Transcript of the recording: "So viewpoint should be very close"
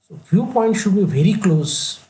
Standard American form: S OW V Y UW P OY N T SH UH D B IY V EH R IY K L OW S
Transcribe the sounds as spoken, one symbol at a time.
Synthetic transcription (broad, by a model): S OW F Y UW P OY N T SH UH D B IY V EH R IY K L OW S